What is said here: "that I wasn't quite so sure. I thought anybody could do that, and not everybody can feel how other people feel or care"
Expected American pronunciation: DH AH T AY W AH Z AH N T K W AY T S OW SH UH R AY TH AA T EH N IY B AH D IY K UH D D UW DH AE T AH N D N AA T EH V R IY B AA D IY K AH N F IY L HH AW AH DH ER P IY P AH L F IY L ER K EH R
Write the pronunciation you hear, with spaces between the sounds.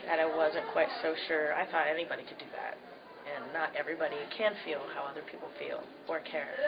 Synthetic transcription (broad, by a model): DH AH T AY W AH Z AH N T K W AY T S OW SH UH R AY TH AA T EH N IY B AH D IY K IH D D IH DH AE T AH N N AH T EH V R IY B AA D IY K AH N F IY L HH AW AH DH ER P IY P L F IY L ER K EH R